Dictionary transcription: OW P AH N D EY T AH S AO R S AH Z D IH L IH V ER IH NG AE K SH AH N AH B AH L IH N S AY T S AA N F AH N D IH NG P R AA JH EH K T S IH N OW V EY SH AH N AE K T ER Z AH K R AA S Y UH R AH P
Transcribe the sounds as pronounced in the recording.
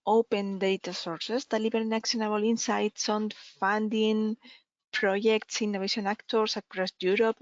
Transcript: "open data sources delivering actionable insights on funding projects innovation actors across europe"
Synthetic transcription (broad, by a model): OW P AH N D EY T AH S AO R S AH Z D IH L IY B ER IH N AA K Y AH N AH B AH L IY N S AY T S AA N F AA N D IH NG P R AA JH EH K T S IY N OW EY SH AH N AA K T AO S AH K R AA S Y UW R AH P